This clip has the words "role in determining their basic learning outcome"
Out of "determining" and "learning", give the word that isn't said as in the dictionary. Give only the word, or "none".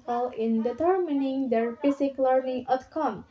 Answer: learning